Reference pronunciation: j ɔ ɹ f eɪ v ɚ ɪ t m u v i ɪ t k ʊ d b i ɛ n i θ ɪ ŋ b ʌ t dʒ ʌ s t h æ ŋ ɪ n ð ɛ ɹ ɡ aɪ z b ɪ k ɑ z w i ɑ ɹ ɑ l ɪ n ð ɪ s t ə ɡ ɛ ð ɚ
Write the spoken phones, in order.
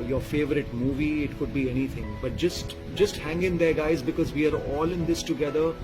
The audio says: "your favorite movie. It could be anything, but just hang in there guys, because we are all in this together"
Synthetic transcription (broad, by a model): j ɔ ɹ f eɪ v ɚ ɪ t m u v i ɪ t k ʊ d b i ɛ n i t ɪ ŋ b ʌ t dʒ ʌ s t h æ ŋ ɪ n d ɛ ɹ ɡ aɪ z b ɪ k ɑ z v i ɑ ɹ ɑ l ɪ n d ɪ s t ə ɡ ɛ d ɚ